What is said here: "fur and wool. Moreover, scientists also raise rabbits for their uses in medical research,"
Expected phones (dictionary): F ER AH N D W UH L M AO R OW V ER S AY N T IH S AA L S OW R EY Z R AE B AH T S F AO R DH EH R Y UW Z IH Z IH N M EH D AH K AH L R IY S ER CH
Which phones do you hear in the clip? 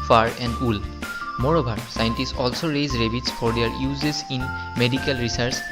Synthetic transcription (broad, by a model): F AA AH N D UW L M AO R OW B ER S AY N T IH S AA L S OW R EY Z R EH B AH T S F AO R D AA R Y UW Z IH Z IH N M EH D AH K AH L R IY S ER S